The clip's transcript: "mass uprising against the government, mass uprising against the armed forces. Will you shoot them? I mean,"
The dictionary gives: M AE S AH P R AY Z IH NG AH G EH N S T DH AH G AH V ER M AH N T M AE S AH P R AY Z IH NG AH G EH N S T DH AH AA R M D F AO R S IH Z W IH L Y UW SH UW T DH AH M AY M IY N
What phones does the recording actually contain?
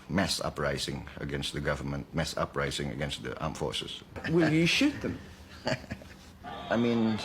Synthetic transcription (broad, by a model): M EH S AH P R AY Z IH NG AH G EH N S T DH AH G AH V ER M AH N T M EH S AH P R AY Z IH NG AH G EH N S T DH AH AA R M F AO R S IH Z W IH L Y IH SH UW T DH AH M AY M IY N